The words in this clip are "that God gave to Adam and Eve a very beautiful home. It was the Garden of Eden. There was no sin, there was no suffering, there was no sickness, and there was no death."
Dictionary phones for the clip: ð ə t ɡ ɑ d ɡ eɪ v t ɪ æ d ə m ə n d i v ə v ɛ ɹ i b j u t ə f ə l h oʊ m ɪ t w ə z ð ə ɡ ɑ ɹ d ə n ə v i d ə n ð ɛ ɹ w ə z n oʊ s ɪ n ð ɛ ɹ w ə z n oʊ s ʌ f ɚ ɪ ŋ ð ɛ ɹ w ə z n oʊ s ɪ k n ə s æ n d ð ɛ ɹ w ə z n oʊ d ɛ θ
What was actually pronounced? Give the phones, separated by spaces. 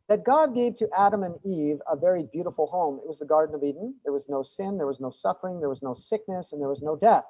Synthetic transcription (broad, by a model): ð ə t ɡ ɑ d ɡ eɪ v t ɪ æ d ə m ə n i v ə v ɛ ɹ i b j u t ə f l h oʊ m ɪ t w ə z ð ə ɡ ɑ ɹ d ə n ə v i d n ð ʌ ɹ w ə z n oʊ s ɪ n ð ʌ ɹ w ə z n oʊ s ʌ f ɚ ɪ ŋ ð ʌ ɹ w ə z n oʊ s ɪ k n ə s n ð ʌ ɹ w ə z n oʊ d ɛ θ